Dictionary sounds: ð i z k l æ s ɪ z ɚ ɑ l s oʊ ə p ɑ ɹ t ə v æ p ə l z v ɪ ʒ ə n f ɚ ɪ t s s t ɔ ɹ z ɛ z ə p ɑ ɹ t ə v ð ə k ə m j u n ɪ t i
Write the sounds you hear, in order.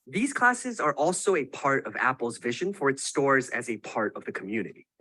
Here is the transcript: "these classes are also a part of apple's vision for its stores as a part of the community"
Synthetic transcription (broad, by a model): ð i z k l æ s ɪ z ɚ ɑ l s oʊ ə p ɑ ɹ t ə v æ p l z v ɪ ʒ ə n f ɚ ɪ t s s t ɔ ɹ z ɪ z ə p ɑ ɹ t ə v ð ə k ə m j u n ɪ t i